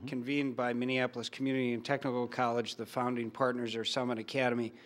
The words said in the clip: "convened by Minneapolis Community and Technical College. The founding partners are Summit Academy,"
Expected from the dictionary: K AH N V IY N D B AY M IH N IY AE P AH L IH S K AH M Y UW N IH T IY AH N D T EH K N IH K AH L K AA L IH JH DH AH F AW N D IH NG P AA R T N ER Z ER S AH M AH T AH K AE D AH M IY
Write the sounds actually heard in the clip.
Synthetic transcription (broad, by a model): K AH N V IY N B AY M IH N IY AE P L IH S K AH M Y UW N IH T IY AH N T EH K N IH K L K AA L IH JH DH AH F AW N D IH NG P AA R T N ER Z ER S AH M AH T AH K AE D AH M IY